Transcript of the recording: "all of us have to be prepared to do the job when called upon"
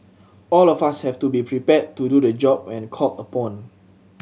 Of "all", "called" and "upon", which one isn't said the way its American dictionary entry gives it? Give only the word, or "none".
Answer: called